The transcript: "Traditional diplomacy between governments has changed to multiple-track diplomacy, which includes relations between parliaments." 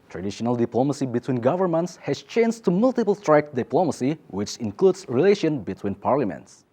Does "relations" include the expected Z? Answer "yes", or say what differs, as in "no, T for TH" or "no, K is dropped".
no, Z is dropped